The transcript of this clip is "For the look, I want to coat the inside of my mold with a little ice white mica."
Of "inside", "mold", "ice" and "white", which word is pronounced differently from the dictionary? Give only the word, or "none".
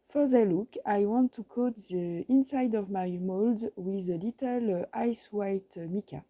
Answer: none